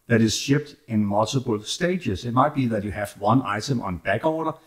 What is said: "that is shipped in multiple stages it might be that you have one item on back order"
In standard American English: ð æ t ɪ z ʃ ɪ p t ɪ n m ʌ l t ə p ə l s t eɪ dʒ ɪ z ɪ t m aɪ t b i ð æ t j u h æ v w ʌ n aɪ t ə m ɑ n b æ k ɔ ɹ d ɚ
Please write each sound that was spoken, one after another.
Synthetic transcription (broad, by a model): ð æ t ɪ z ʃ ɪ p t ɪ n m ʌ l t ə b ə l s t eɪ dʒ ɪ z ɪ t m aɪ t b i ð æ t j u h æ v w ʌ n aɪ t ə m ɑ n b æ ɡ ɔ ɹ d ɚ